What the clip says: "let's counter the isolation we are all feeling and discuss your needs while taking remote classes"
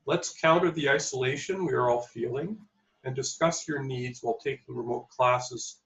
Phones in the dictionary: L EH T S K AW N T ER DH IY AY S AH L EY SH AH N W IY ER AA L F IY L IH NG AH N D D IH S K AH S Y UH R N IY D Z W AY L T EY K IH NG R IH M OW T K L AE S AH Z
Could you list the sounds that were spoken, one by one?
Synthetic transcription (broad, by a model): L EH T S K AW N T ER DH IY AY S AH L EY SH AH N W IY ER AA L F IY L IH NG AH N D D IH S K AH S Y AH R N IY D Z W AY L T EY K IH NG R IH M OW T K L AE S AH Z